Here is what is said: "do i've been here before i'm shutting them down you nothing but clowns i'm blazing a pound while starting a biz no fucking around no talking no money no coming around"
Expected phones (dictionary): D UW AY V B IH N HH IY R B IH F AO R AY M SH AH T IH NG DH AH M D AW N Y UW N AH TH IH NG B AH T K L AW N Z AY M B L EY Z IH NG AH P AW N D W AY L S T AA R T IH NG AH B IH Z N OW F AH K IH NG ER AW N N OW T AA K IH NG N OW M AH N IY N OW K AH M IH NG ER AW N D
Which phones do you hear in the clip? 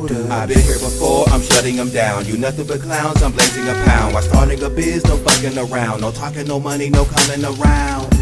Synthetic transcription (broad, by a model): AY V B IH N HH IY R B IH F AO R AY M SH AH T IH NG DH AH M D AW N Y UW N AH TH IH NG B AH T K L AW N Z AY M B L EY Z IH NG AH P AW N D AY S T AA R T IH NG AH B IH Z N OW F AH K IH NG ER AW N N OW T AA K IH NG N OW M AH N IY N OW K AH M IH NG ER AW N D